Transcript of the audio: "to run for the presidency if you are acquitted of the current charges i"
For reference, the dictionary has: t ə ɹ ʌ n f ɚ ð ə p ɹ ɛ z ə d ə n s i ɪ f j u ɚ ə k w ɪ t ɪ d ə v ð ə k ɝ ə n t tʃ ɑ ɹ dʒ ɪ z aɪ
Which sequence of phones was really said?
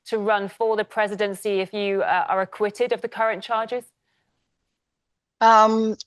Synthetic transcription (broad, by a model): t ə ɹ ʌ n f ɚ ð ə p ɹ ɛ z ə d ə n s i ɪ f j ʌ ɚ ə k w ɪ t ɪ d ə v ð ə k ɝ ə n tʃ ɑ dʒ ɪ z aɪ